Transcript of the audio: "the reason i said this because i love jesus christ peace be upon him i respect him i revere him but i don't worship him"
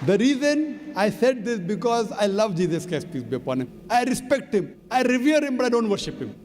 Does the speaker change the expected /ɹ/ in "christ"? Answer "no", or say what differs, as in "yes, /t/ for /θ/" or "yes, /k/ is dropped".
yes, /ɹ/ is dropped